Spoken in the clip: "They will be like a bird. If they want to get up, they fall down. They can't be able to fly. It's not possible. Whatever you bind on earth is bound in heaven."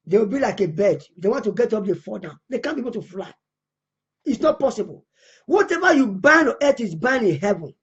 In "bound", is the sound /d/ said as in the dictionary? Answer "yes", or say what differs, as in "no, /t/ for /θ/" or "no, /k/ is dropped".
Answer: no, /d/ is dropped